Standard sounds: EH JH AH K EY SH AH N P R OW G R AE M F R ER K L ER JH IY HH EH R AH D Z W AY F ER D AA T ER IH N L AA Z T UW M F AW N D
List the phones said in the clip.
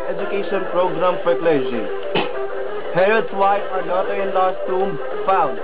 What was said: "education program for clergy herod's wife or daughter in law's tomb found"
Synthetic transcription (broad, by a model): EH JH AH K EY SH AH N P R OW G R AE M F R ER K L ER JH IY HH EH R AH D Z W AY ER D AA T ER IH N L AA S T UW M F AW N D